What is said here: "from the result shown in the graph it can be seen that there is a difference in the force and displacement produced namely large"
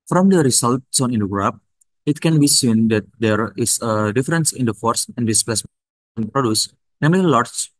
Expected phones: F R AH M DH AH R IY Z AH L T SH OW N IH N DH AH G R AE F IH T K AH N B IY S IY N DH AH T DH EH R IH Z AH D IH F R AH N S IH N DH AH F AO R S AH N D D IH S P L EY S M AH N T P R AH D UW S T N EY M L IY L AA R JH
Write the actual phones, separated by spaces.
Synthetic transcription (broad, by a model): F R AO M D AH R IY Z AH L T S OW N IH N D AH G R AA P IH T K AH N B IY S IY N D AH T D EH R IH S AH D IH F R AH N S IH N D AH F AO R S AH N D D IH S P L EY S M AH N P R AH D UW S N EY M L IY L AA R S